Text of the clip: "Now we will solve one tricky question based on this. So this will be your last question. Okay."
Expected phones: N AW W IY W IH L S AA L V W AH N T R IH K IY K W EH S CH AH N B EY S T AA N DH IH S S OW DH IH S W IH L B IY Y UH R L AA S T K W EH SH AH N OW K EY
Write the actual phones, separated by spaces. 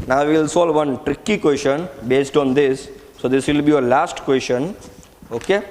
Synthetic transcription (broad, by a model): N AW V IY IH L S AA L V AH N T R IH K IY K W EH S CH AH N B EY S T AA N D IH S S OW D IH S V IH L B IY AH L AA S T K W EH S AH N OW K EY